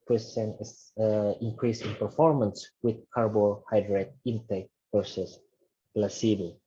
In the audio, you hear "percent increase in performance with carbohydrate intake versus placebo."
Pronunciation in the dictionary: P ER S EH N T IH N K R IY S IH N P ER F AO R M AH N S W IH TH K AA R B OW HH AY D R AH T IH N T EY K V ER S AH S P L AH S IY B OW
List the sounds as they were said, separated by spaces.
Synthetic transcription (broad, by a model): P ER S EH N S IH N K R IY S IH N P ER F AO R M AH N S W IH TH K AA R B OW HH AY D R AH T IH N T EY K P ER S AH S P L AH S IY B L